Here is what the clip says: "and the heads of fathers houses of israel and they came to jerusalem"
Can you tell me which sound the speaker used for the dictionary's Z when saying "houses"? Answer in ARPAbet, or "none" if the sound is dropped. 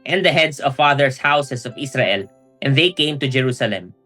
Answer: S